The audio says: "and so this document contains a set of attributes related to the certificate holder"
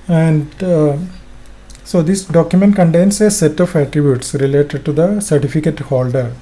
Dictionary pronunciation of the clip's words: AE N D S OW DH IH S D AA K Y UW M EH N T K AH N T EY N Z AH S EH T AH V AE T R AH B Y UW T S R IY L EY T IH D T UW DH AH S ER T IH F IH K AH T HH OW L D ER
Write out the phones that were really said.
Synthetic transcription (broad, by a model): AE N D S OW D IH S D AA K Y UW M EH N T K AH N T EY N S AH S EH T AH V AE T R AH B Y UW T S R IY L EY T IH D T UW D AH S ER T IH F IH K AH T HH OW L D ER